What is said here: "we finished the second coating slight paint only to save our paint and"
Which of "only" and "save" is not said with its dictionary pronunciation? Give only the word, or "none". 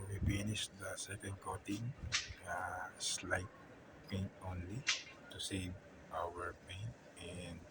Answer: save